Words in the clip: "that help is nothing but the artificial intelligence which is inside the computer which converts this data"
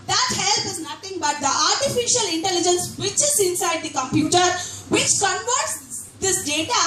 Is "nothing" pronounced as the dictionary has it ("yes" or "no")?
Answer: no